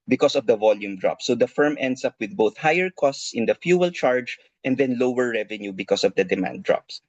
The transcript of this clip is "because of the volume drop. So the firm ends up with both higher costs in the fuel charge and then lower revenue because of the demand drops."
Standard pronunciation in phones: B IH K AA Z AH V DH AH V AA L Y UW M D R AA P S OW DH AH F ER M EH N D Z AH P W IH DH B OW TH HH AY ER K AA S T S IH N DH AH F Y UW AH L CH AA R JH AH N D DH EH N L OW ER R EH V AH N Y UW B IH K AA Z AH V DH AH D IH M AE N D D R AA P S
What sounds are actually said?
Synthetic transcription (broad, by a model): B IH K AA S AH V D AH V AA L Y UW M D R AA P S OW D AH F ER M EH N D S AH P W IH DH B OW TH HH AY ER K AA S T S IH N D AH F Y UW AH L CH AA R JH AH N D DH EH N L OW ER R EH V AH N Y UW B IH K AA S AH V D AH D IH M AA N D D R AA P S